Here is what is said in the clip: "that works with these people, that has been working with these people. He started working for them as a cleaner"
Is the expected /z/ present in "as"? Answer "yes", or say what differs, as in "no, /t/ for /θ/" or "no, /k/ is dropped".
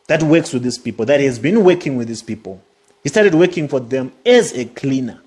yes